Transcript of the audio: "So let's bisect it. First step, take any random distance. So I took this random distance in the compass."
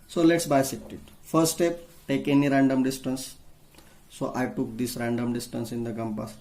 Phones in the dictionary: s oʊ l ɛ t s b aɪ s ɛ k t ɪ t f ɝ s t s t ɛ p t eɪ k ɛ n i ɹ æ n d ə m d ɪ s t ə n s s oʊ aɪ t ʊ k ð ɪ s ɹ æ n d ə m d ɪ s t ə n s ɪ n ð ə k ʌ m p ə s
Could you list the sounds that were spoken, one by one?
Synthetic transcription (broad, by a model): s oʊ l ɛ t s b aɪ s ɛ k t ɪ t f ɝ t s t ɛ p t eɪ k ɛ n i ɹ æ n d ə m d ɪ s t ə n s s oʊ aɪ t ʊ k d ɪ s ɹ æ n d ə m d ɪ s t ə n s ɪ n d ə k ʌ m p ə s